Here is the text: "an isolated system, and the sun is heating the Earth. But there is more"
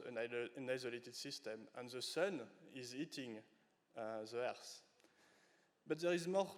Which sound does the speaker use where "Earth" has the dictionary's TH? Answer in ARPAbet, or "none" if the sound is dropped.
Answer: S